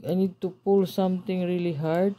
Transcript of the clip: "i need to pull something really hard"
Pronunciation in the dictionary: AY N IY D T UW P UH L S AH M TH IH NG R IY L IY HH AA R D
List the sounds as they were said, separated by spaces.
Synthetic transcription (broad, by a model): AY N IY D T UW P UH L S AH M T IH NG R IY L IY HH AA R D